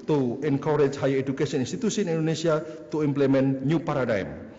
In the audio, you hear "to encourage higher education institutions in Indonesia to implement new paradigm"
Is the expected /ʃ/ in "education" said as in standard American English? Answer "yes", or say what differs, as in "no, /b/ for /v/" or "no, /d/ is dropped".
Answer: no, /s/ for /ʃ/